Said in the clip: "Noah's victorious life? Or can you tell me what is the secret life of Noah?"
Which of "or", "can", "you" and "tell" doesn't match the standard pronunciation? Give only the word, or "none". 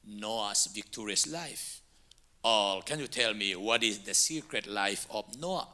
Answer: or